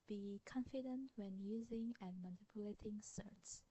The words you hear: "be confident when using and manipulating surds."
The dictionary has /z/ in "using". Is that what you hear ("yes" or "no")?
yes